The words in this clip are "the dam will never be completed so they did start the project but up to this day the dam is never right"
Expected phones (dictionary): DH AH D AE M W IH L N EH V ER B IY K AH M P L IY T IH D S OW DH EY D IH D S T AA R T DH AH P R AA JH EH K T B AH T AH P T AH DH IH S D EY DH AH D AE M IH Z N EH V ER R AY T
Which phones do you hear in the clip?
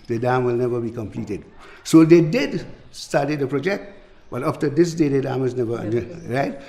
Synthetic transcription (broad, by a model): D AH D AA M W IH L N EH V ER B IY K AH M P L IY T IH D S OW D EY D IH D S T AA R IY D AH P R AA JH EH K T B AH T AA F T AH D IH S D EY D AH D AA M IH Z N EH V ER R AY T